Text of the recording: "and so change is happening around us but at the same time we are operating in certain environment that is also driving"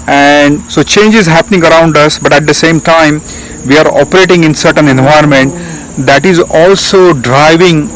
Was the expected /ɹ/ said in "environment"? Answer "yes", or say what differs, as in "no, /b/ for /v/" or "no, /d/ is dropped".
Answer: no, /ɹ/ is dropped